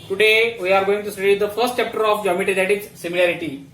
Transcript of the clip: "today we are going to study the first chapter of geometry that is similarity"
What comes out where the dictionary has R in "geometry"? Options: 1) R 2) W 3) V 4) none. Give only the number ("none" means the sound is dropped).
4